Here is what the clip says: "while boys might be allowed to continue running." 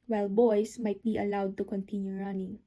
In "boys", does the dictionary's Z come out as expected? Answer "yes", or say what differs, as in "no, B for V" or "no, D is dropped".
no, S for Z